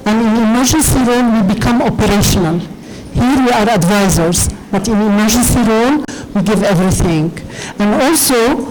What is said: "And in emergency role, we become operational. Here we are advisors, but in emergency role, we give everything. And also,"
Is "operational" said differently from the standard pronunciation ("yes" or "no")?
no